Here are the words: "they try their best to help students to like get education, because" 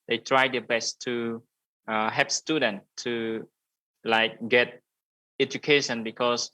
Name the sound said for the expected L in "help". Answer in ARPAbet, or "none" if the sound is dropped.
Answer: none